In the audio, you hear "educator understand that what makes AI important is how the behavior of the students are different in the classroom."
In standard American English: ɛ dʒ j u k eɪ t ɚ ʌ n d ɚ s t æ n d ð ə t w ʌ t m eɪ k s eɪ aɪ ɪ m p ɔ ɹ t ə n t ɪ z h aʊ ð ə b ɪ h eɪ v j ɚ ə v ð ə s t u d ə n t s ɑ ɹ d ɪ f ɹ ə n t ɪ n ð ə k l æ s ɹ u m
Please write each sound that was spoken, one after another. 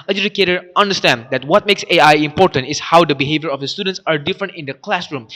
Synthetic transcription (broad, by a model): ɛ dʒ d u k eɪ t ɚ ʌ n d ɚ s t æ n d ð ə t w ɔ t m eɪ k s eɪ aɪ ɪ m p ɔ ɹ t ə n t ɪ s h aʊ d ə b ɪ h eɪ v j ɚ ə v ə s t u d ə n t s ɑ ɹ d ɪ f ɹ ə n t ɪ n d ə k l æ s ɹ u m